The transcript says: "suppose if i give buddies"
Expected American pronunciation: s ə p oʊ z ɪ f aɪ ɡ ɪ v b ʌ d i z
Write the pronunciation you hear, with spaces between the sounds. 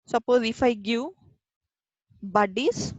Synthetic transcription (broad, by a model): s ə p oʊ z ɪ f aɪ ɡ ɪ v b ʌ d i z